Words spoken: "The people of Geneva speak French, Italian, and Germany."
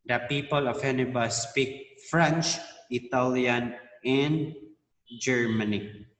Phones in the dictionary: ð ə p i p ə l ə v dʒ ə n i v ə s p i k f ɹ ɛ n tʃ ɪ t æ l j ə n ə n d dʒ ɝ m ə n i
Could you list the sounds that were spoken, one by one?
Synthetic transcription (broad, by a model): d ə p i p ə l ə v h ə n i b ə s p i k f ɹ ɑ n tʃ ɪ t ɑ l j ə n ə n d dʒ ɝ m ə n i